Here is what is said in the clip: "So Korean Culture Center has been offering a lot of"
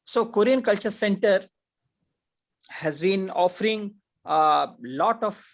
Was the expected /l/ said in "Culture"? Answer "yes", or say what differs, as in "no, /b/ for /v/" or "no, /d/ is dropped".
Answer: yes